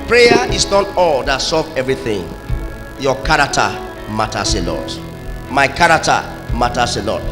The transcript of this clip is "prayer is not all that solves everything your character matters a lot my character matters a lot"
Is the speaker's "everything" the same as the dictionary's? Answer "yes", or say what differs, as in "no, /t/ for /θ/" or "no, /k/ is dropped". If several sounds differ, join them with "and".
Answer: yes